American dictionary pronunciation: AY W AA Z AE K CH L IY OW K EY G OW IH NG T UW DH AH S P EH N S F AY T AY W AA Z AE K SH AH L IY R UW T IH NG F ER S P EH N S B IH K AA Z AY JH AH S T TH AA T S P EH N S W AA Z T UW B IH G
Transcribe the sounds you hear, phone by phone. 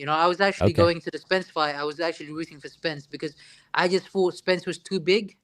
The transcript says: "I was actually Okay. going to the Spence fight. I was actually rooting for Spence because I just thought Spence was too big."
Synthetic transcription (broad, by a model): AY W AA Z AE K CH IY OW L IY G OW IH NG T UW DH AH S P EH N S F AY AY W AA Z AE K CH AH L IY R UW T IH NG F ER S P EH N S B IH K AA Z AY JH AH S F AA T S P EH N S W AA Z T UW B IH G